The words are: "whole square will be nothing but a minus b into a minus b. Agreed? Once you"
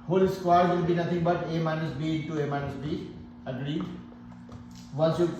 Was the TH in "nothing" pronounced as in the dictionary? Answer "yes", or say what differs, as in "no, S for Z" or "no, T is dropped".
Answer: no, T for TH